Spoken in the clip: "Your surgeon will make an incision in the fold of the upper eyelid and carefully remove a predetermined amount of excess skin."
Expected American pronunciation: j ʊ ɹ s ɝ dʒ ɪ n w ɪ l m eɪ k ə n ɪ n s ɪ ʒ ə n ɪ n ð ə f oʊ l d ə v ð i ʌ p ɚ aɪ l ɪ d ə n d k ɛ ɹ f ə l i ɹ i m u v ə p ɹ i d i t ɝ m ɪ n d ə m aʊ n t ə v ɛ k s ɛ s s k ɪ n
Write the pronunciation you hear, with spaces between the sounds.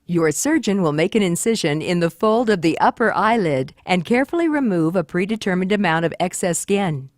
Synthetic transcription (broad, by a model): j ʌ ɹ s ɝ dʒ ɪ n w ɪ l m eɪ k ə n ɪ n s ɪ ʒ ə n ɪ n ð ə f oʊ l d ə v ð i ʌ p ɚ aɪ l ɪ d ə n k ɛ ɹ f l i ɹ i m u v ə p ɹ i d i t ɝ m ɪ n d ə m aʊ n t ə v ɛ k s ɛ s s k ɪ n